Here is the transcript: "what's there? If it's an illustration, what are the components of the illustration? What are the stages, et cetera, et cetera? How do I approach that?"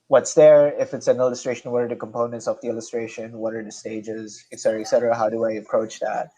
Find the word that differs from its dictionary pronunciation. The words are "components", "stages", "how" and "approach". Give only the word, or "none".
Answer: none